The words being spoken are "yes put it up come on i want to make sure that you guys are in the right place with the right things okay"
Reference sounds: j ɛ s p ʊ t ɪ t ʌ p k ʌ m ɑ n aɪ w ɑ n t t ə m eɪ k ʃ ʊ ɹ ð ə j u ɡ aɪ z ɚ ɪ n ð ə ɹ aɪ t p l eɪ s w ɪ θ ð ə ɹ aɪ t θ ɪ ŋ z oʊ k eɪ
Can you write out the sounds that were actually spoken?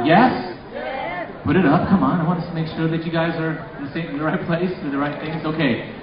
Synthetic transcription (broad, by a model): j ɛ s p ʊ t ɪ t ʌ p k ʌ m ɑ n aɪ w ɑ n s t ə m eɪ k ʃ ʊ ɹ ð ə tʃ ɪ ɡ aɪ z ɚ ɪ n ð ə ɹ aɪ t p l eɪ s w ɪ ð ə ɹ aɪ t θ ɪ ŋ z oʊ k eɪ